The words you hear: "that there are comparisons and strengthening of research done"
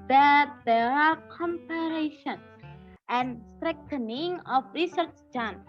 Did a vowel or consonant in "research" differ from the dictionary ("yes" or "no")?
no